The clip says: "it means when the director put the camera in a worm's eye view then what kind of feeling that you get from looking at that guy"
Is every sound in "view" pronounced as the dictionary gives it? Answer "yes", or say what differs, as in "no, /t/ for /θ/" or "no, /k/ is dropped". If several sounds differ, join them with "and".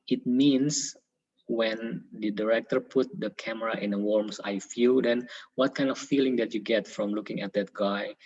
no, /f/ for /v/